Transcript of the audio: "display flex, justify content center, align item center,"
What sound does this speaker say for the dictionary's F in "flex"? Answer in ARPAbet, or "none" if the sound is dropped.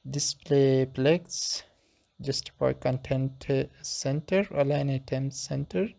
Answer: P